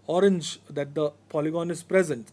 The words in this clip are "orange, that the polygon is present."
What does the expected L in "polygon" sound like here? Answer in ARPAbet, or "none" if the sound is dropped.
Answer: L